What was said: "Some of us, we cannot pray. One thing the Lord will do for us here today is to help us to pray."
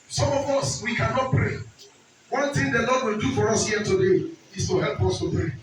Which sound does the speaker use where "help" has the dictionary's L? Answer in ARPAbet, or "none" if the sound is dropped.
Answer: L